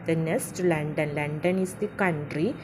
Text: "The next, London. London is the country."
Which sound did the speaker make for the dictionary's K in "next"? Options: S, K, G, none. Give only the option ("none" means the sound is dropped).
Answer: none